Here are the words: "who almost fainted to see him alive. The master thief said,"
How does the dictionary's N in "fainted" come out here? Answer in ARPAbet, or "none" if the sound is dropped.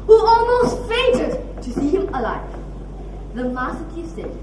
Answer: none